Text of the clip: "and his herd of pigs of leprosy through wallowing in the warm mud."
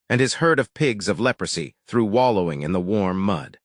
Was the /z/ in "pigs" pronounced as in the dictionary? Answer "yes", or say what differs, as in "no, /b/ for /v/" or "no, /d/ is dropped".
yes